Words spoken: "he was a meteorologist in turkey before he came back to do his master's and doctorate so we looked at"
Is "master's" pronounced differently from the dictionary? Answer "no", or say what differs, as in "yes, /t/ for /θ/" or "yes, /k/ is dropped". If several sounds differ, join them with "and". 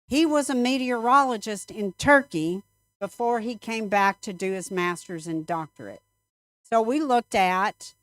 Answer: no